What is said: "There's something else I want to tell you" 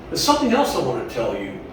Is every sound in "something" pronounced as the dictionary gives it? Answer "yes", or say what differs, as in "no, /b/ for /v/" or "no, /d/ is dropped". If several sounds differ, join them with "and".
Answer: yes